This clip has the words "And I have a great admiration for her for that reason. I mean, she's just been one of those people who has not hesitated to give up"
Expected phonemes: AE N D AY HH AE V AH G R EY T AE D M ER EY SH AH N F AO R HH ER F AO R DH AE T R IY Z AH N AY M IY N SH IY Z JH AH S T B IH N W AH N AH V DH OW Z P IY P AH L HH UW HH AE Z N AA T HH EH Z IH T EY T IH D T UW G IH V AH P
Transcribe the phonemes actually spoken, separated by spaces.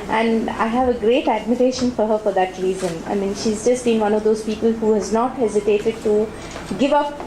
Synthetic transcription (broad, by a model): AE N D AY HH AE V AH G R EY T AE D M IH EY SH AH N F AO R HH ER F AO R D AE T R IY Z AH N AY M IY N SH IY Z JH AH S T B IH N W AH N AH V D OW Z P IY P AH L HH UW HH AE Z N AA T HH EH Z IH T EY T IH D T UW G IH V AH P